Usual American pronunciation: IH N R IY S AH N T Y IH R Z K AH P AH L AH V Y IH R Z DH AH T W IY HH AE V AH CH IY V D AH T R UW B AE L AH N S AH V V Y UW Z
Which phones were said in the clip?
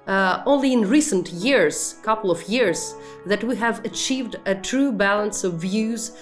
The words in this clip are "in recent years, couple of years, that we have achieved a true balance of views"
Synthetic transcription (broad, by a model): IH N R IY S AH N T Y IH R Z K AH P L AH V Y IH R Z DH AH T W IY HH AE V AH CH IY V D AH T R UW B AE L AH N S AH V V Y UW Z